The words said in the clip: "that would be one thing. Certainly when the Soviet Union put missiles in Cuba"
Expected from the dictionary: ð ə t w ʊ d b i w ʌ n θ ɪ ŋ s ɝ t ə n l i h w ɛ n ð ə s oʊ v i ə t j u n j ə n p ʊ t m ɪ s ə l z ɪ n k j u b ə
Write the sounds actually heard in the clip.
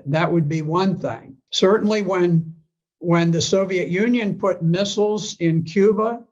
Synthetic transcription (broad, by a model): ð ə t w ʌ d b i w ʌ n θ ɪ ŋ s ɝ t n l i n w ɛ n ð ə s oʊ v i ə t j u n j ə n p ʊ t m ɪ s l z ɪ n k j u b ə